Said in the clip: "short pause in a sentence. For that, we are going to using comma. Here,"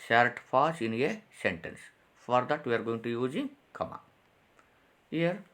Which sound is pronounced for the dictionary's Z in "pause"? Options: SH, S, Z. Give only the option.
S